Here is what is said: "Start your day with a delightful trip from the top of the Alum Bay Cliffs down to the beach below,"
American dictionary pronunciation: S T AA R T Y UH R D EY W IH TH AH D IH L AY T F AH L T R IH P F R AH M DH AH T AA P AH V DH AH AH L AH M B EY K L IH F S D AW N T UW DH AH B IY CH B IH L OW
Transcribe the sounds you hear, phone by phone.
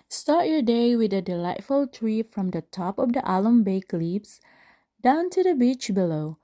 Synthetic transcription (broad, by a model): S T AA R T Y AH R D EY W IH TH AH D IH L AY T F AH L T R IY F R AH M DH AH T AA P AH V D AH AH L AH M B EY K L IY P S D AW N T UW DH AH B IY CH B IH L OW